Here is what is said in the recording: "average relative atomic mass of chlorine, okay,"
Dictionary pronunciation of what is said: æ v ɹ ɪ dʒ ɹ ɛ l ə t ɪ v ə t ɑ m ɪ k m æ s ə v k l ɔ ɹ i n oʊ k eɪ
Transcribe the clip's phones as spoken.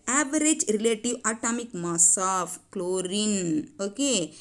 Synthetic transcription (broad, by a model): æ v ɹ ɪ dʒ ɹ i l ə t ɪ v ə t ɑ m ɪ k m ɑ s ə f k l ɔ ɹ i n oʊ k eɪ